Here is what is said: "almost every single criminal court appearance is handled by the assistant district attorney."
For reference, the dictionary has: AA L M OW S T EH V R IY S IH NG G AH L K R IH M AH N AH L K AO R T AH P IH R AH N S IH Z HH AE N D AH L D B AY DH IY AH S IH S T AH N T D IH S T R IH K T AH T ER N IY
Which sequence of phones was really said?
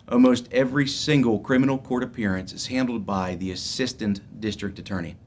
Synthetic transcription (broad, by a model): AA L M OW S T EH V R IY S IH NG G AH L K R IH M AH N L K AO R T AH P IH R AH N S IH Z HH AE N D L D B AY DH IY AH S IH S T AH N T D IH S T R IH K T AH T ER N IY